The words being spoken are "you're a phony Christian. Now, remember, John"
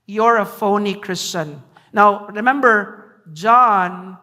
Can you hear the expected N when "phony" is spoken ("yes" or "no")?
yes